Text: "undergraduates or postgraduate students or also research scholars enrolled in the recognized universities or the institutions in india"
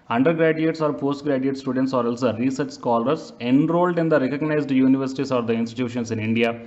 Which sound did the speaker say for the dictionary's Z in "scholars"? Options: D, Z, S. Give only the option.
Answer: S